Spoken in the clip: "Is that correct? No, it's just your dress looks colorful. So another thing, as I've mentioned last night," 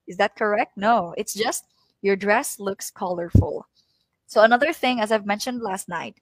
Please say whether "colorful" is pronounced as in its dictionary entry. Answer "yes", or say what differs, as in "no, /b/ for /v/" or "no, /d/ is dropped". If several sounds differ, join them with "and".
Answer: yes